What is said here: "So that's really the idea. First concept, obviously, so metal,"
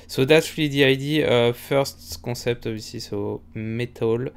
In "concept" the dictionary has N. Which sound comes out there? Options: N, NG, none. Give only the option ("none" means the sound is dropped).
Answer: none